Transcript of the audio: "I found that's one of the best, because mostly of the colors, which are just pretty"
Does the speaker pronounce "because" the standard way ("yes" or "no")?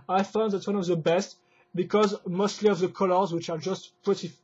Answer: yes